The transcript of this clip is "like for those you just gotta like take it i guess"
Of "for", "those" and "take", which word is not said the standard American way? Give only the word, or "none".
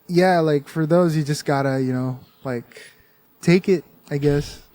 none